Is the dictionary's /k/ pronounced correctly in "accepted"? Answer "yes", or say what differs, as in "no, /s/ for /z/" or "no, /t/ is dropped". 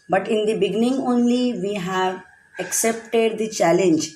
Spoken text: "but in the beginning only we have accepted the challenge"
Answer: yes